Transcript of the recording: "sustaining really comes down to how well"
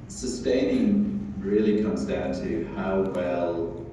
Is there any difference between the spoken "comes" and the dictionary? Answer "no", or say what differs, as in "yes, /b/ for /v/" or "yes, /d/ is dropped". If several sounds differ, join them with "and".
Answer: no